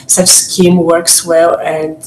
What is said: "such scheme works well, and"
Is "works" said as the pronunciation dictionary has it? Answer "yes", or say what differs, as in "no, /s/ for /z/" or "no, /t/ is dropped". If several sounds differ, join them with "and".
yes